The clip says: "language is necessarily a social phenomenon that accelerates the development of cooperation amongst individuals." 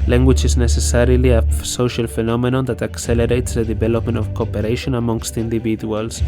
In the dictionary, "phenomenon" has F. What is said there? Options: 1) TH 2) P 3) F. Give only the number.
3